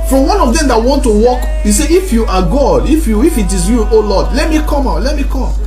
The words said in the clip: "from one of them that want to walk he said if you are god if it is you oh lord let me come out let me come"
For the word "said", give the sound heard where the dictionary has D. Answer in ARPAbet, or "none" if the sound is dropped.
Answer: none